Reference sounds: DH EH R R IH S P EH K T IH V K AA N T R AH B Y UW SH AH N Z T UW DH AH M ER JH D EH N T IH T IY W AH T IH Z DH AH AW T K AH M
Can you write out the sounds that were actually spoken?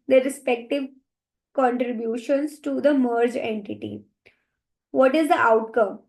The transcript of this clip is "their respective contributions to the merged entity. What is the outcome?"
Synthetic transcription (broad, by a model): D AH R R IH S P EH K T IH V K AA N T R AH B Y UW SH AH N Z T UW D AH M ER JH EH N T IH T IY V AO T IH Z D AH AW T K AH M